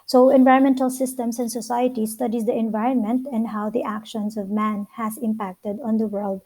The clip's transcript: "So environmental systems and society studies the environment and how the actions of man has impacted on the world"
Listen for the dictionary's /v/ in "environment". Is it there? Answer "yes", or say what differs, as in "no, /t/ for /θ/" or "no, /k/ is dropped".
yes